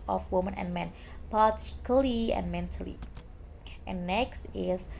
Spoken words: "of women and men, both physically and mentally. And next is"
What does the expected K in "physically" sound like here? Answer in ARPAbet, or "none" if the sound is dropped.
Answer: none